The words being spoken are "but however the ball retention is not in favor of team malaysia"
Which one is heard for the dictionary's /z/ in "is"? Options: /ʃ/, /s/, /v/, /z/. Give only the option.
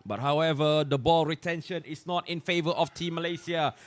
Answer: /s/